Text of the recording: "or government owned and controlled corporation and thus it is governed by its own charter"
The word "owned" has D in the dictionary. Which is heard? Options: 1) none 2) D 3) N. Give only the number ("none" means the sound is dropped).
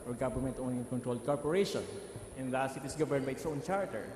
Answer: 1